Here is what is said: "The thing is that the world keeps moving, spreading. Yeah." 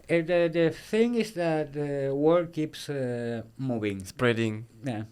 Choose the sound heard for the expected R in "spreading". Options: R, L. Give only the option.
R